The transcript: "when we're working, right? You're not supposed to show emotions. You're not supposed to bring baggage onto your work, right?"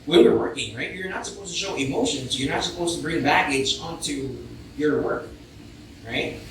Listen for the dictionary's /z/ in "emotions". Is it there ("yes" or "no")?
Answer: yes